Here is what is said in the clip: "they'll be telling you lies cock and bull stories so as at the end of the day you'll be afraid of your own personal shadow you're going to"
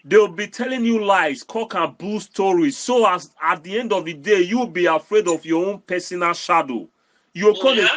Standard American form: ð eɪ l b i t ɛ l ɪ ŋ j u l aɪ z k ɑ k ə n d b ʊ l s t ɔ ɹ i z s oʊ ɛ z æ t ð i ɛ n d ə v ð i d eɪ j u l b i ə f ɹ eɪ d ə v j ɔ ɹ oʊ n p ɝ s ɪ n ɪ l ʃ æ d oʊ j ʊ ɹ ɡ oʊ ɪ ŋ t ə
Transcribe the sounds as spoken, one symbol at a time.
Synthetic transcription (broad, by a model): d eɪ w b i t ɛ l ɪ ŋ j u l aɪ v k ɑ k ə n b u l s t ɔ ɹ i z s oʊ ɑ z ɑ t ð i ɛ n d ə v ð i d eɪ j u w b i ə f ɹ eɪ d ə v j ɔ oʊ n p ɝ s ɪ n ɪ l ʃ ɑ d oʊ j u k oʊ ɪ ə